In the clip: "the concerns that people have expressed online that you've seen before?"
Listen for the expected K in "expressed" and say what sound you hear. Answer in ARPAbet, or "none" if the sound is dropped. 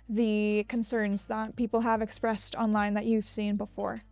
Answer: K